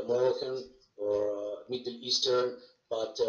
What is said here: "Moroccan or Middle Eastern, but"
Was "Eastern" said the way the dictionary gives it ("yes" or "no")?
yes